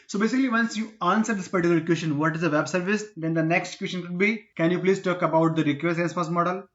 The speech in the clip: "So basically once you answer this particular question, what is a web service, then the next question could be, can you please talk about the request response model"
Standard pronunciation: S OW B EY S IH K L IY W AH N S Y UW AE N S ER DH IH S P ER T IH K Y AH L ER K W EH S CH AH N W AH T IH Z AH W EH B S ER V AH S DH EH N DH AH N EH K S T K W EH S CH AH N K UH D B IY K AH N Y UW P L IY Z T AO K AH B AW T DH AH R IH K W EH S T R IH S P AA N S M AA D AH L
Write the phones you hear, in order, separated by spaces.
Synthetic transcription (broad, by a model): S OW B EY S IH K L IY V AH N S Y UW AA N S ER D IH S P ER T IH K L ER K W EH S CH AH N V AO T IH Z AH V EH B S ER V AH S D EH N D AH N EH K S T K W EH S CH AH N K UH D B IY K AH N Y UW P L IY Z T AO K AH B AW T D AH R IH K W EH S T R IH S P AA S M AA D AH L